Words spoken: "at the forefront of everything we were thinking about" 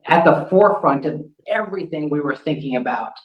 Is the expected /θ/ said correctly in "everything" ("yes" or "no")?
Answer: yes